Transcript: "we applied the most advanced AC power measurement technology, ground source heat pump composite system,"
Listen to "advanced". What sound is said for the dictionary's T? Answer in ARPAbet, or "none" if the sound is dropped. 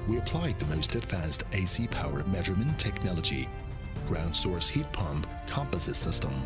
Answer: T